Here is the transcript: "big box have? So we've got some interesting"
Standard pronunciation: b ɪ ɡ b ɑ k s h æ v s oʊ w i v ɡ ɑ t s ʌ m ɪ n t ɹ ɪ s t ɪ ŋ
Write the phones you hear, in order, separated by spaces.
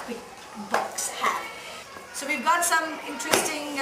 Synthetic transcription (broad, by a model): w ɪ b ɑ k s h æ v s oʊ w i v ɡ ɑ t s ʌ m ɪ n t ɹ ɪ s t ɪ ŋ